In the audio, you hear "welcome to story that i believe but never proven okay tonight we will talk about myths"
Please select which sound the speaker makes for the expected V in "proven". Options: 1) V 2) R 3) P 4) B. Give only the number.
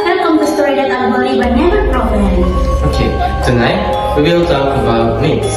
3